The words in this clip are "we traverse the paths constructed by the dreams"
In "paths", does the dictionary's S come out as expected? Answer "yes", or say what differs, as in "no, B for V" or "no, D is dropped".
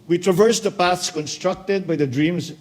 yes